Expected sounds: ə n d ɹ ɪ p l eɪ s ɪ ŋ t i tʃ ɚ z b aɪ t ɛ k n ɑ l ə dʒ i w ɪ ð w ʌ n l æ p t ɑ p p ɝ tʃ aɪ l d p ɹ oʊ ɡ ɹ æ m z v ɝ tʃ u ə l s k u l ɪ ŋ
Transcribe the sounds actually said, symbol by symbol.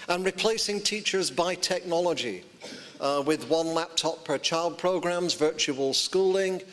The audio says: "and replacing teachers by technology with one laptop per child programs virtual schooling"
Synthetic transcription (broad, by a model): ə n ɹ ɪ p l eɪ s ɪ ŋ t i tʃ ɚ z b aɪ t ɛ k n ɑ l ə dʒ i w ɪ ð w ʌ n l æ p t ɑ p p ɝ tʃ aɪ l d p ɹ oʊ ɡ ɹ æ m z v ɝ tʃ u ə l s k u l ɪ ŋ